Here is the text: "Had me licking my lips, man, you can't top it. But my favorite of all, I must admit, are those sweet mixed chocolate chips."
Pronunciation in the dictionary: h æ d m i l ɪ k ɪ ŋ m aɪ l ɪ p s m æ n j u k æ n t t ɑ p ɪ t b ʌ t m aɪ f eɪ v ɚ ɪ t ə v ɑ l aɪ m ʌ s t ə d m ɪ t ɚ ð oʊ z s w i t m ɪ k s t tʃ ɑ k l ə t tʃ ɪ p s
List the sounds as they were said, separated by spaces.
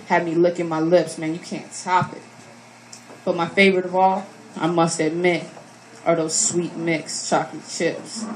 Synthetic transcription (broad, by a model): h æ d m i l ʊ k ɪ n m aɪ l ɪ p s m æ n j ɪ k æ n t t ɑ p ɪ t b ʌ t m aɪ f eɪ v ɚ ɪ t ə v ɑ l aɪ m ʌ s t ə m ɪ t ɚ ð oʊ z s w i t m ɪ k s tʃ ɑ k ə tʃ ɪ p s